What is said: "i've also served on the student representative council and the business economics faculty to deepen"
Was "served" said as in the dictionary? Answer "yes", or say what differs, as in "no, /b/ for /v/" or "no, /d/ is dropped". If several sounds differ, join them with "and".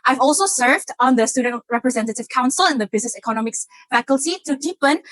yes